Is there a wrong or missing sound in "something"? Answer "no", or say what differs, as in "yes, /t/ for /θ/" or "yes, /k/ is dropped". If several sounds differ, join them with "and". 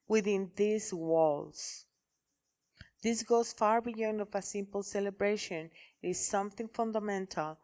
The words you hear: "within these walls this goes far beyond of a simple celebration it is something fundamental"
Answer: no